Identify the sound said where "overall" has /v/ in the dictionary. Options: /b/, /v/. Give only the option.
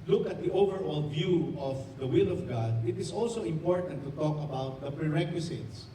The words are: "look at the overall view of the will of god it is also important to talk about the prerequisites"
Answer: /v/